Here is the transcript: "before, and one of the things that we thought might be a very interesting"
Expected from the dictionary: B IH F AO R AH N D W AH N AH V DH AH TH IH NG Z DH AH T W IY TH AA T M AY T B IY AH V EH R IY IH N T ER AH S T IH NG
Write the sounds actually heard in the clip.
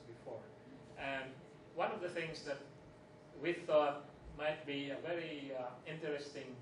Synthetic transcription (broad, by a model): B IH F AO R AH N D W AH N AH V DH AH TH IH NG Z DH AH T W IY TH AA T M AY T B IY AH V EH R IY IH N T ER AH S T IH NG